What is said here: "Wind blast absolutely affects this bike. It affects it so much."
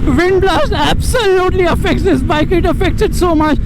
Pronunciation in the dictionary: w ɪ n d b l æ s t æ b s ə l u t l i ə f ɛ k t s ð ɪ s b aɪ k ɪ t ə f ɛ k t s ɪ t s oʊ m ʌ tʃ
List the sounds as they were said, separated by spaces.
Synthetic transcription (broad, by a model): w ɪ n d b l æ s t æ b s ə l u t l i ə f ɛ k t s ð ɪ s b aɪ k ɪ t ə f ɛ k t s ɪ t s oʊ m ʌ tʃ